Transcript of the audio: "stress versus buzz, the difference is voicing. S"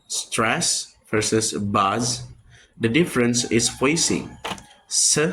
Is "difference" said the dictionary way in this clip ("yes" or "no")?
yes